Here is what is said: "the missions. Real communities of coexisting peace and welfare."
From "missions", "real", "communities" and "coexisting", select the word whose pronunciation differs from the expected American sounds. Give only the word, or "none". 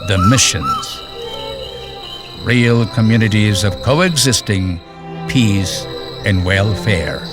none